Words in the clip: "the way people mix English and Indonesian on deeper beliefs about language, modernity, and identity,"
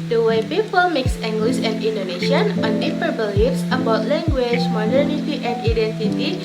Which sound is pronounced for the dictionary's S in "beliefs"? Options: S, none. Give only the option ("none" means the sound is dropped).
S